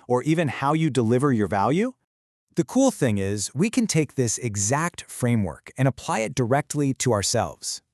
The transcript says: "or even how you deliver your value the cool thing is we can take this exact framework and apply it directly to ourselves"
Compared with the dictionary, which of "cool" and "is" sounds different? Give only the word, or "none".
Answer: none